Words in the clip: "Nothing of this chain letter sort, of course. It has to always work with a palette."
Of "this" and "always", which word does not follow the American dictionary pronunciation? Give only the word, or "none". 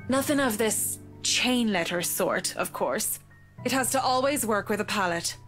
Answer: none